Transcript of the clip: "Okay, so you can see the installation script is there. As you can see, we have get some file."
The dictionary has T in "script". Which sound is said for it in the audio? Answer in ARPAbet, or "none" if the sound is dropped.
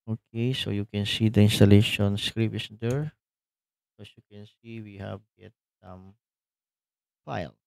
none